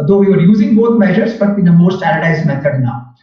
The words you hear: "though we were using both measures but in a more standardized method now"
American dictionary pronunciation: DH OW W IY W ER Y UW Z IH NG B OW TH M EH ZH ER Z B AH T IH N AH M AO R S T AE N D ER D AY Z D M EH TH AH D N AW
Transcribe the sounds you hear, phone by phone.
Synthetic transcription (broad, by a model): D OW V IY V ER Y UW Z IH NG B OW T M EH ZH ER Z B AH T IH N AH M AO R S T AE D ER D AY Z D M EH T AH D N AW